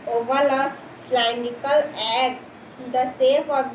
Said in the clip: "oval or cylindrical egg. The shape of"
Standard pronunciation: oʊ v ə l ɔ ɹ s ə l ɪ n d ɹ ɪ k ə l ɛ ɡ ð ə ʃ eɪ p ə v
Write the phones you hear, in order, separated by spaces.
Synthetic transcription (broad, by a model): oʊ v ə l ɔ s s l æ n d ɪ k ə l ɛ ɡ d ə s eɪ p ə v